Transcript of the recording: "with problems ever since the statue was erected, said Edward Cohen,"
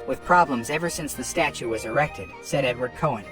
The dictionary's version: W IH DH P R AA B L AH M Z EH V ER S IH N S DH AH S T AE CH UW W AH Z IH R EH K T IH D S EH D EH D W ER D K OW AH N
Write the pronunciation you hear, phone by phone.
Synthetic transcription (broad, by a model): W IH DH P R AA B L AH M Z EH V ER S IH N S DH AH S T AE CH UW W AH Z IH R EH K T IH D S EH D EH D W ER D K OW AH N